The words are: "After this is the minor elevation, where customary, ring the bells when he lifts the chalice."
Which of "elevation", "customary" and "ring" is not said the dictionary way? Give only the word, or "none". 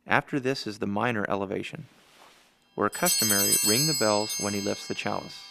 none